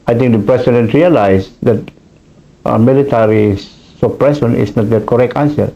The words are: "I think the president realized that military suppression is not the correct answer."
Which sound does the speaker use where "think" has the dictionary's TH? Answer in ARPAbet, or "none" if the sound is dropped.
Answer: T